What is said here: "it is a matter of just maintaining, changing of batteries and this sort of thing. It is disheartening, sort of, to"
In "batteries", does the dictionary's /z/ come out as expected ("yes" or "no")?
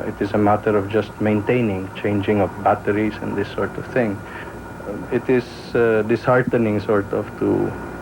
no